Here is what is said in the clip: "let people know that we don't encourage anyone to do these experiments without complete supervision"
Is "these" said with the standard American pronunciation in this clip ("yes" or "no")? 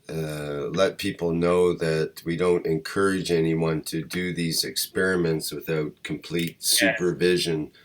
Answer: yes